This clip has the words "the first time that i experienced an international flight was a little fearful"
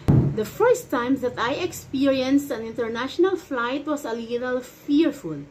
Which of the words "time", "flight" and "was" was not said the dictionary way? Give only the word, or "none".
was